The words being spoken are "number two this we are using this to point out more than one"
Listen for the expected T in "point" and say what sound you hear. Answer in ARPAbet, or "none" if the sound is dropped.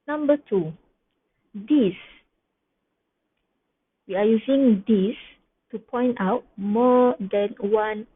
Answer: T